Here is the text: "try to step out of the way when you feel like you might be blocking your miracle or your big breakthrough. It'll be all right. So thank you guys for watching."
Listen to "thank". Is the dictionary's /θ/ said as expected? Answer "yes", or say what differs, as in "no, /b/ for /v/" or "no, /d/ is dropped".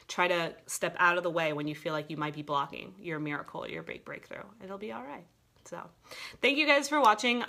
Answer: yes